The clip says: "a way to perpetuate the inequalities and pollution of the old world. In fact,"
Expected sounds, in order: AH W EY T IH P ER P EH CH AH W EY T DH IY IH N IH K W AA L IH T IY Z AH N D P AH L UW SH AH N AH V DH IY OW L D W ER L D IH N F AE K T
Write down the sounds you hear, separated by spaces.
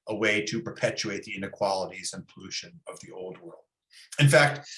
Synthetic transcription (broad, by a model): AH W EY T IH P ER P EH CH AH EY T DH IY IH N IH K W AA L IH T IY Z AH N P AH L UW SH AH N AH V DH IY OW L D W ER L D IH N F AE K T